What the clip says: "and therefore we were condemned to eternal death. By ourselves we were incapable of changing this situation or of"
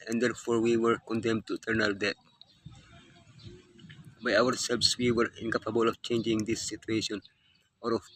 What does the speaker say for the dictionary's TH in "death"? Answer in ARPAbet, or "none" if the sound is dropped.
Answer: T